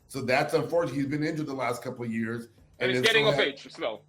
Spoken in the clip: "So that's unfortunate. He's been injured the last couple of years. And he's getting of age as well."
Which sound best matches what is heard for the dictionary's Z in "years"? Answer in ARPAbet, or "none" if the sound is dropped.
Z